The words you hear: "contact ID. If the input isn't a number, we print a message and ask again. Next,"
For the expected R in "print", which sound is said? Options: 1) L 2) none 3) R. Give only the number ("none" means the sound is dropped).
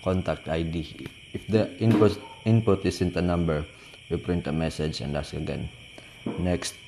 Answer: 3